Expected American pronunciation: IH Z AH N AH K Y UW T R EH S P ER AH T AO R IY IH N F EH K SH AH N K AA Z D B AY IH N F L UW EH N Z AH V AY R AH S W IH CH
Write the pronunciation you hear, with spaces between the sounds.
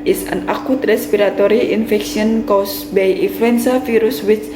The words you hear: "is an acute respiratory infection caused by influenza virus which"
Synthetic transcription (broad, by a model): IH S AH N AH K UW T R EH S P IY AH T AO R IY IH N F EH K S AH N K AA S B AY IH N F L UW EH N S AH F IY R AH S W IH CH